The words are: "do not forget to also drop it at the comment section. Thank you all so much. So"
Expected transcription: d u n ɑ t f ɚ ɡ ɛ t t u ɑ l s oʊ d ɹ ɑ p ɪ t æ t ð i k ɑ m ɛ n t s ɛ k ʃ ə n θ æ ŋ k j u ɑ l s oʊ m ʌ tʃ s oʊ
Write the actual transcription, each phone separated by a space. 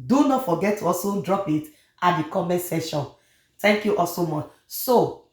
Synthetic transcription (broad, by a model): d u n ɑ t f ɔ ɡ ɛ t t u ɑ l s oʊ d ɹ ɑ p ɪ t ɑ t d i k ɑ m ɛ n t s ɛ ʃ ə n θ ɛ ŋ k j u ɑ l s oʊ m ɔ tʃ s oʊ